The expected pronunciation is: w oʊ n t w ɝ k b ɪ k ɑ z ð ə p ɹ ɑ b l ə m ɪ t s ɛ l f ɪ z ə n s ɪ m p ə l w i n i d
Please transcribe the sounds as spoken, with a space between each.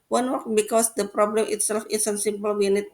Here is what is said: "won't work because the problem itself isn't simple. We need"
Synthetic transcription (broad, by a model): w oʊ n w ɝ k b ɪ k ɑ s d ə p ɹ ɑ b l ə m ɪ t s ɛ l f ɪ s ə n s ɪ m p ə l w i n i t